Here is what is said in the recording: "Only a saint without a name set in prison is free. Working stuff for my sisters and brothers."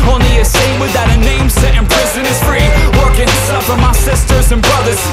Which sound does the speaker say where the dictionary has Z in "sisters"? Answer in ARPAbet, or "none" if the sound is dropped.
Z